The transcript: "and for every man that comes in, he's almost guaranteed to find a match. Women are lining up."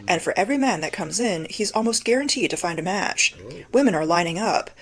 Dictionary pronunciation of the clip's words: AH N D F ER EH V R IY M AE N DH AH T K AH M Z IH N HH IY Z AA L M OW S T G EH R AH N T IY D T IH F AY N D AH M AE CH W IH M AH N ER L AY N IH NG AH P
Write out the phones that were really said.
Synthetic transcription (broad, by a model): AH N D F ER EH V R IY M AE N DH AH T K AH M Z IH N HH IY Z AA L M OW S T G EH R AH N T IY D T IH F AY N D AH M AE CH W IH M AH N ER L AY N IH NG AH P